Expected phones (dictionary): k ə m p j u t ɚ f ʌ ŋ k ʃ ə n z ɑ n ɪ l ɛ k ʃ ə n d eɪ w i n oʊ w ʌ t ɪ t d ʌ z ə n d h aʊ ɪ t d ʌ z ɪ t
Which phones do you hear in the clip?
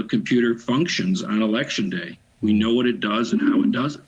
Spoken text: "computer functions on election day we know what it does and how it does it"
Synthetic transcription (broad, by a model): k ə m p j u t ɚ f ʌ ŋ k ʃ ə n z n ɪ l ɛ k ʃ ə n d eɪ w i n oʊ w ʌ t ɪ t d ʌ z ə n h aʊ ɪ t d ʌ z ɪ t